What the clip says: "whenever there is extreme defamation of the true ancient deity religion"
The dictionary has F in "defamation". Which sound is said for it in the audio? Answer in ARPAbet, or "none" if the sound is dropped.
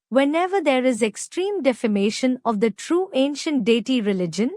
F